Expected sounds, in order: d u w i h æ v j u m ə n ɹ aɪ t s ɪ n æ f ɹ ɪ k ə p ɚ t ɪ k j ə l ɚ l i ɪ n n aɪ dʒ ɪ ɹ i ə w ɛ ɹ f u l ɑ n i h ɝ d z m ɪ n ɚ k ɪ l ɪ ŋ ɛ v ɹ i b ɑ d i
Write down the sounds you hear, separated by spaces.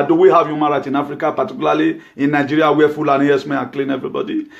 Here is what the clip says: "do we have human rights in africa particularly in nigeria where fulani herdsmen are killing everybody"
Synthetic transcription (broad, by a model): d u w i h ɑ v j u m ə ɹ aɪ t ɪ n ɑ f ɹ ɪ k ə p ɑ t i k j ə l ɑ l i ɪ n n aɪ dʒ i ɹ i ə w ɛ f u l ɑ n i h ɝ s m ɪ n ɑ k l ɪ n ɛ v ɹ i b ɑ d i